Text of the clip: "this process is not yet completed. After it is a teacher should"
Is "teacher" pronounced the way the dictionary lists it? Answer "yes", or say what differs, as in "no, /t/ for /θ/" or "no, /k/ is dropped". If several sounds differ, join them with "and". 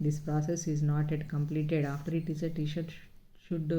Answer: no, /ʃ/ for /tʃ/